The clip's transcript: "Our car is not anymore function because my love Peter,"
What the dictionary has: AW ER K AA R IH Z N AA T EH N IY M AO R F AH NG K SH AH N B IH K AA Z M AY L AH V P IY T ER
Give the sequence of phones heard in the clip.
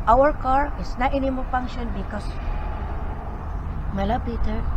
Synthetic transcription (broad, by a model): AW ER K AA R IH S N AA T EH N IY M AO L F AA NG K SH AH N B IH K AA S M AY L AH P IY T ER